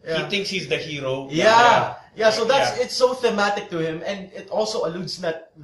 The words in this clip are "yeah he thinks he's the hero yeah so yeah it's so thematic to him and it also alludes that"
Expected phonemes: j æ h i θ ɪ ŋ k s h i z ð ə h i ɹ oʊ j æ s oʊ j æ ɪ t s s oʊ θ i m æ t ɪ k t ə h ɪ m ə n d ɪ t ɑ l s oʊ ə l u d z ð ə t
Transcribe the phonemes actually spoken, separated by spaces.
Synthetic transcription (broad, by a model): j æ h i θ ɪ ŋ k s h i z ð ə h i ɹ oʊ j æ s oʊ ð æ ɪ t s s oʊ θ i m æ t ɪ k t ə h ɪ m ə n d ɪ t ɑ l s oʊ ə l u d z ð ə t